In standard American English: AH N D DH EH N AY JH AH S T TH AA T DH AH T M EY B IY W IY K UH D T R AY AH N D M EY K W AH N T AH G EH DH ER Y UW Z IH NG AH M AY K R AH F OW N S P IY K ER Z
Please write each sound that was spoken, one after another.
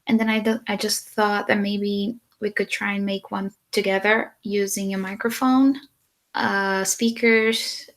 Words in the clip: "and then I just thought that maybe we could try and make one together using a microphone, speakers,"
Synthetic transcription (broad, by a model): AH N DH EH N AY JH AH S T TH AA T DH AH T M EY B IY W IY K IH D T R AY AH N M EY K W AH N T AH G EH DH ER Y UW Z IH NG AH M AY K R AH F OW N S P IY K ER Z